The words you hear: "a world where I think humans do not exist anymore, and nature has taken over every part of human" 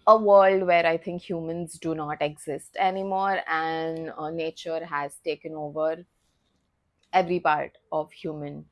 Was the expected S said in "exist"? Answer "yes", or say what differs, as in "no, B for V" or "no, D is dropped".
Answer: yes